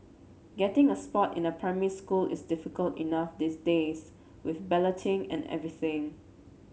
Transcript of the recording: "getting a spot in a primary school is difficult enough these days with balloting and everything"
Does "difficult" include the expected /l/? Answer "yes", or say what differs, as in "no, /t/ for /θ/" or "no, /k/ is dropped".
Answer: yes